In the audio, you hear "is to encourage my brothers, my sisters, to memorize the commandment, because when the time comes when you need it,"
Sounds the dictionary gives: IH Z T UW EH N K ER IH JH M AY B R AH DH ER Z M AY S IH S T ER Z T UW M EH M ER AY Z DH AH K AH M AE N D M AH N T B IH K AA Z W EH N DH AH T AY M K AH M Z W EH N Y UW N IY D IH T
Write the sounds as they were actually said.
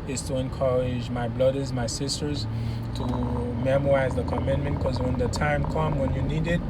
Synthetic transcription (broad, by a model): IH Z T UW EH N K ER IH JH M AY B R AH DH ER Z M AY S IH S T ER Z T UW M EH M ER AY Z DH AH K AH M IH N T M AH N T K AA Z W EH N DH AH T AY M K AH M W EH N Y UW N IY D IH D